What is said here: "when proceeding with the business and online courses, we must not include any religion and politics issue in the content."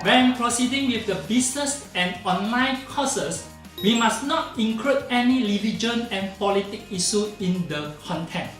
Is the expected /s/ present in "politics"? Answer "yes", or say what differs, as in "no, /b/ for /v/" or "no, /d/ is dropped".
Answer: no, /s/ is dropped